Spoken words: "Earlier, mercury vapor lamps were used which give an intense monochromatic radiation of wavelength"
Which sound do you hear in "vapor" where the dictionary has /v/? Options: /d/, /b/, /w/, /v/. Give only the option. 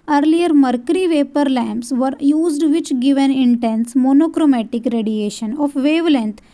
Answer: /v/